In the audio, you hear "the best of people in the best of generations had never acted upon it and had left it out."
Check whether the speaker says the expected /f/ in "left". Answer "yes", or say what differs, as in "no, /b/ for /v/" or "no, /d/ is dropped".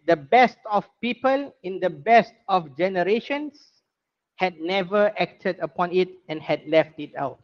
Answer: yes